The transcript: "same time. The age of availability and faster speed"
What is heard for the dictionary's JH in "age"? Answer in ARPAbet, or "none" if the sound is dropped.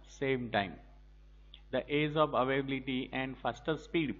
Z